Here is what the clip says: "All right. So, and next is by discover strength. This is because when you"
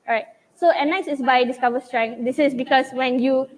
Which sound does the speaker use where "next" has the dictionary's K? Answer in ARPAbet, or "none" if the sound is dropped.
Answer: none